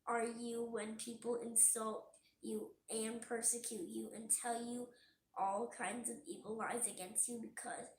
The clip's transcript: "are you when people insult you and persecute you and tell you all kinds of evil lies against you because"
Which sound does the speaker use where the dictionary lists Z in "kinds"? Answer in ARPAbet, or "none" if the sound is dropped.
Z